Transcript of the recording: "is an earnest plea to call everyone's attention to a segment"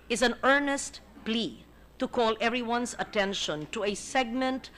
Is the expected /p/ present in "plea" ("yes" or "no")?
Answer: yes